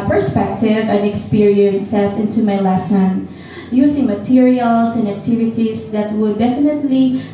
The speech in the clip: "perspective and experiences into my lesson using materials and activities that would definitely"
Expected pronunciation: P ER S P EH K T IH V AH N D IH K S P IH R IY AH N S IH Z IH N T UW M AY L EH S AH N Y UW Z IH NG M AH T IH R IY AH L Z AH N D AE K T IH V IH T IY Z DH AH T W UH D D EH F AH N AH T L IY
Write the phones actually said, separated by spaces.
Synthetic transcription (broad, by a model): P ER S P EH K T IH V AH N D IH K S P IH R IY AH N S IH S IH N T UW M AY L EH S AH N Y UW S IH NG M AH T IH R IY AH L S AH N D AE K T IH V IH T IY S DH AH T W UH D D EH F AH N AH T L IY